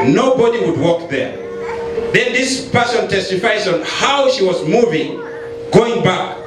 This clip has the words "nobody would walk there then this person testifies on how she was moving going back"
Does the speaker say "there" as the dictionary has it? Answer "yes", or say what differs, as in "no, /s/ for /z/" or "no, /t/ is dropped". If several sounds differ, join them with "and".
yes